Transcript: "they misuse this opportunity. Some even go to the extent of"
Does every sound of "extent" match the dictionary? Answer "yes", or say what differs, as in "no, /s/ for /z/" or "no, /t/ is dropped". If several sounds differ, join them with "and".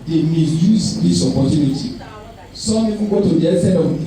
no, /k/ is dropped and /n/ is dropped